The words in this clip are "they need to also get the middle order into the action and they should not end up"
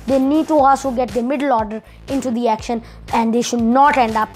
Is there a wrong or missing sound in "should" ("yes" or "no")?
no